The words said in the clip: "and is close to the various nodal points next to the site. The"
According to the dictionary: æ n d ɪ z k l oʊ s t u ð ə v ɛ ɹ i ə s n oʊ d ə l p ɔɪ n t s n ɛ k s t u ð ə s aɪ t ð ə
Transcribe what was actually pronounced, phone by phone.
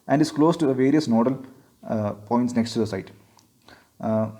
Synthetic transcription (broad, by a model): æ n d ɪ s k l oʊ s t u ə v ɛ ɹ i ə s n oʊ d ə l p ɔɪ n t s n ɛ k s t u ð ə s aɪ t